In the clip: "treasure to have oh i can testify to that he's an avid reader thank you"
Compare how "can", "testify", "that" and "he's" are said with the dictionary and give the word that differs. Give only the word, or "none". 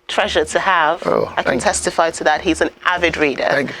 none